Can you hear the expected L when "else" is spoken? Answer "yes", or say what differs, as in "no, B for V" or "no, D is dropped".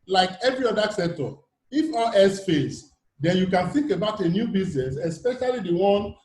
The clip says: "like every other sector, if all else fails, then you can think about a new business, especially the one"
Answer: no, L is dropped